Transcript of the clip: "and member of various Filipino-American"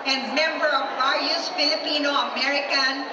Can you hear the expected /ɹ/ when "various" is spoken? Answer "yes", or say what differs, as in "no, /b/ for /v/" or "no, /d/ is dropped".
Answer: no, /ɹ/ is dropped